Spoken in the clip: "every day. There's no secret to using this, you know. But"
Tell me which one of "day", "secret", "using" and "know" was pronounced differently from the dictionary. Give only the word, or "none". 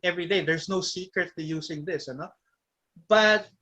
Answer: using